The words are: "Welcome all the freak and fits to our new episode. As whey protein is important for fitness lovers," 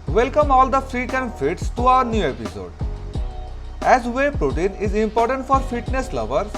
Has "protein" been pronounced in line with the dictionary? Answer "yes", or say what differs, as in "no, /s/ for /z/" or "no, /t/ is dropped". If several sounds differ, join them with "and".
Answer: yes